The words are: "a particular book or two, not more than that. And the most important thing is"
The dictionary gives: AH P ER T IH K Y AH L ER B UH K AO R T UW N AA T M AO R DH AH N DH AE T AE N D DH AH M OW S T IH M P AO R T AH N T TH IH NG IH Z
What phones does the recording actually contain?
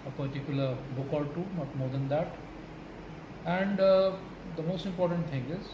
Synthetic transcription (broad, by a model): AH P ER T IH K Y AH L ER B UH K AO L T UW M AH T M AO R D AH N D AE T AE N D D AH M OW S T IH M P AO R T AH N T T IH NG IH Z